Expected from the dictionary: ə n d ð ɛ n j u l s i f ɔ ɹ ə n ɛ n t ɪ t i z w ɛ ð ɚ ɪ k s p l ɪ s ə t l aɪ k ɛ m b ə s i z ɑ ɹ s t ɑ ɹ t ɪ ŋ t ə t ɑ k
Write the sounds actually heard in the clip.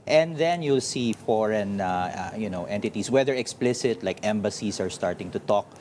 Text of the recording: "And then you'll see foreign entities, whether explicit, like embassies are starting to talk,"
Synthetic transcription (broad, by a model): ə n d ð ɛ n j u l s i f ɔ ɹ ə n ɛ n t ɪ t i s w ɛ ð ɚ ɪ k s p l ɪ s ə t l aɪ k ɛ m b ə s i s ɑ ɹ s t ɑ ɹ t ɪ ŋ t ə t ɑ k